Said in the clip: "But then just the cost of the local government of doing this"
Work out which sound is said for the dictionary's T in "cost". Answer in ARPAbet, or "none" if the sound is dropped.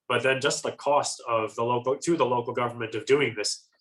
T